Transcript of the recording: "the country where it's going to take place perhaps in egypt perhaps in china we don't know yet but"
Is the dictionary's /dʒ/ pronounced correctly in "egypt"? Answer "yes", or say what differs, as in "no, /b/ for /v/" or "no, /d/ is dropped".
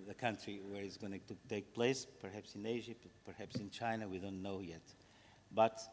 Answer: no, /dʒ/ is dropped